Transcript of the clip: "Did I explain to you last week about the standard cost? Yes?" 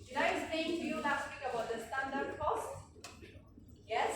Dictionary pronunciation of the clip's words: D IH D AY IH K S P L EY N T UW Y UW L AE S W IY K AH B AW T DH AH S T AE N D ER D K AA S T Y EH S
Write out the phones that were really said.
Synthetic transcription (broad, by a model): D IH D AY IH S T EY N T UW Y UW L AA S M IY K AH B AW T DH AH S T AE N D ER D K AA S T Y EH S